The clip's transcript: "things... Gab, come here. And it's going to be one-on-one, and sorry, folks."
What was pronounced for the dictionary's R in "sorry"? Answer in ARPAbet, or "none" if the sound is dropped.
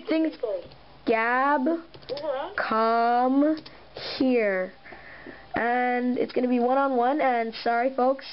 R